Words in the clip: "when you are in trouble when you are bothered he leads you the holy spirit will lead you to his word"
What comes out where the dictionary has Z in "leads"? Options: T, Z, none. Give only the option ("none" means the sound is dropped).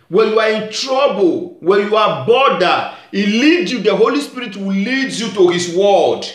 none